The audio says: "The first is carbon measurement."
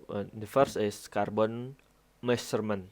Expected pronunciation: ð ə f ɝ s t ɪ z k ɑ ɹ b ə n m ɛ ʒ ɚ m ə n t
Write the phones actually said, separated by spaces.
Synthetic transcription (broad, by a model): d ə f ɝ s ɪ s k ɑ ɹ b ə n m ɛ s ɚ m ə n